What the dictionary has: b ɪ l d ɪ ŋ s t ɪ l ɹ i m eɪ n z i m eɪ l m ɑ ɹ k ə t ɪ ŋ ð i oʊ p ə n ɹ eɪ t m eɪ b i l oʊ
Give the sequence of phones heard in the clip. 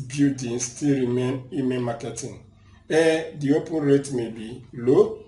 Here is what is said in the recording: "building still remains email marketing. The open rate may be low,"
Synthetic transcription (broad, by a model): b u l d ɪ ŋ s t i l ɹ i m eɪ n i m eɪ n m ɑ k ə t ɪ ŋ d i oʊ p ə n ɹ eɪ t m eɪ b i l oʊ